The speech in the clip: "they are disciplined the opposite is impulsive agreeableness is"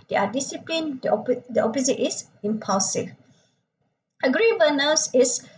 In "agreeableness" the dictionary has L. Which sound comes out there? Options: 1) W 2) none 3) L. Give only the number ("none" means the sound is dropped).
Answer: 2